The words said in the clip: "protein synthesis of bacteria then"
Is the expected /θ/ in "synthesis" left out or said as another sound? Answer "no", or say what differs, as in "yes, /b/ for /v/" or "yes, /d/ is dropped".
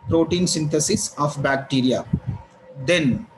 yes, /t/ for /θ/